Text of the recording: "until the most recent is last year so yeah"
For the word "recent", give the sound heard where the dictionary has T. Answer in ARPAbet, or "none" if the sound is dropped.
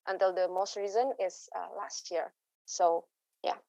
none